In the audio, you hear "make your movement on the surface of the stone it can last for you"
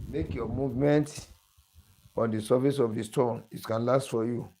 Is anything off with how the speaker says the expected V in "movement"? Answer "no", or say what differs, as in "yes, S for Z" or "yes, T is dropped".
no